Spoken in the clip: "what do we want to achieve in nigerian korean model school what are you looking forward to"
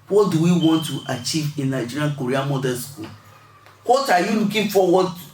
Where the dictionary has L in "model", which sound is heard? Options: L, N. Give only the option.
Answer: N